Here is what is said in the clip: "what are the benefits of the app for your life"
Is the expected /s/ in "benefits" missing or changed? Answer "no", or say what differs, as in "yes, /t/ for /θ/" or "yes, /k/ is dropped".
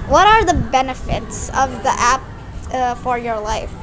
no